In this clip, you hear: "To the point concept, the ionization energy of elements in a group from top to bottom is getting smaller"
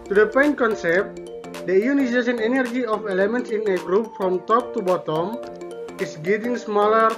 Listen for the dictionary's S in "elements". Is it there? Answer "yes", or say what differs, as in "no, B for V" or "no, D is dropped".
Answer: yes